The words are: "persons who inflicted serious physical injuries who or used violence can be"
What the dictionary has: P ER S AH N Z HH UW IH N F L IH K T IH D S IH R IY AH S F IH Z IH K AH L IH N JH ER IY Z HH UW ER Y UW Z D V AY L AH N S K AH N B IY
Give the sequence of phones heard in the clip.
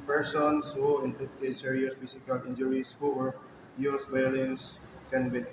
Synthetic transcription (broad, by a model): P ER S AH N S HH UW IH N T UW T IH S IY R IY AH S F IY S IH K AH L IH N JH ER IY S HH UW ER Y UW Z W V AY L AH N S K AH N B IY